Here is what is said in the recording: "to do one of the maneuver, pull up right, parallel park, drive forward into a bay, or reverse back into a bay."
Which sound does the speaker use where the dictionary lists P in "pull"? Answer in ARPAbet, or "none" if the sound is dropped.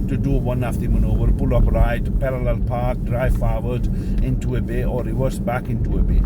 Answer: B